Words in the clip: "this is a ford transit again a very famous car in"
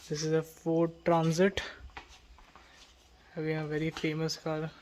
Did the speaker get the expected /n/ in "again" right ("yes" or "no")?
no